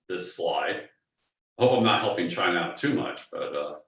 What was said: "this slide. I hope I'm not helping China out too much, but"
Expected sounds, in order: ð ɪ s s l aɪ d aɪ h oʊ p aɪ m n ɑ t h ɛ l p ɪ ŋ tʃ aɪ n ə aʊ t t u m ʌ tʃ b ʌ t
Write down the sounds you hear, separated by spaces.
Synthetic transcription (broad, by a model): ð ɪ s s l aɪ d aɪ h oʊ p aɪ m n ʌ t h ɛ l p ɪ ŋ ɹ aɪ ə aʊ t t u m ʌ tʃ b ʌ t